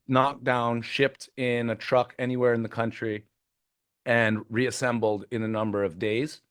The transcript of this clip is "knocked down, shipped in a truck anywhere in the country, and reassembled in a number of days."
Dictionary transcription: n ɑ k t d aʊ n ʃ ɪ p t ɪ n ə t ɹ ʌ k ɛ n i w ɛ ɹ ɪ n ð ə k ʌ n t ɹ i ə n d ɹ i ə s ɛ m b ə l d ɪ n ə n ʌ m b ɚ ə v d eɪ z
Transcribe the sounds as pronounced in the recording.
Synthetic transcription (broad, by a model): n ɑ k d aʊ n ʃ ɪ p t ɪ n ə t ɹ ʌ k ɛ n i w ɛ ɹ ɪ n ð ə k ʌ n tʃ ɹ i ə n ɹ i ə s ɛ m b l d ɪ n ə n ʌ m b ɚ ə v d eɪ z